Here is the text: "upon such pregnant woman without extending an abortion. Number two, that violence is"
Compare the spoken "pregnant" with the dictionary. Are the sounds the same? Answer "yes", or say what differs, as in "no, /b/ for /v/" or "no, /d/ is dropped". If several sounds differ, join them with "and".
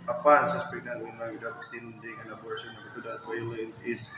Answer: no, /ɹ/ is dropped